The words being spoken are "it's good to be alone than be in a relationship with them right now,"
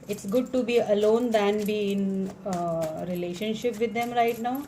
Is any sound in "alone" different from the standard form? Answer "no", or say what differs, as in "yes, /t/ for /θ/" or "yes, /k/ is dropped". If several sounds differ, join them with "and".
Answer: no